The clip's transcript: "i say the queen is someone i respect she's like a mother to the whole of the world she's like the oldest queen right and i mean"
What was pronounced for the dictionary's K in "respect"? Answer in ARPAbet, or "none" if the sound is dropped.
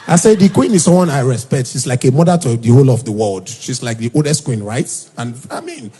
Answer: K